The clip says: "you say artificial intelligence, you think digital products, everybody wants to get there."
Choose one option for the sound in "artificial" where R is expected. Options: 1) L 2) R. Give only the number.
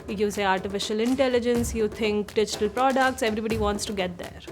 2